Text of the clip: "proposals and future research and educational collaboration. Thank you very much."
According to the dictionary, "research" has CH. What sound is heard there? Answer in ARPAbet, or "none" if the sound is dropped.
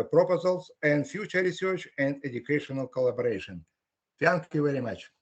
CH